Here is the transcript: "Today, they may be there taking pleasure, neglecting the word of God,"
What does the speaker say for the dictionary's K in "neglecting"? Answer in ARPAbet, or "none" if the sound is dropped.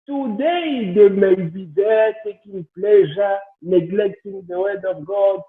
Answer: K